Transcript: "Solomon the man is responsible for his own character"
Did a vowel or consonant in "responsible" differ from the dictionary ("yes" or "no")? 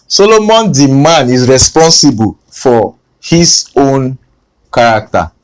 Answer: no